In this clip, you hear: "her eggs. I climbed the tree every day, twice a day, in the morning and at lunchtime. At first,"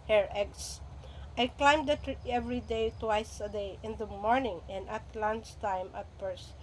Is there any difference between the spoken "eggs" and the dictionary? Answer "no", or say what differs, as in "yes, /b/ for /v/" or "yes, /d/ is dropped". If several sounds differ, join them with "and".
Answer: yes, /s/ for /z/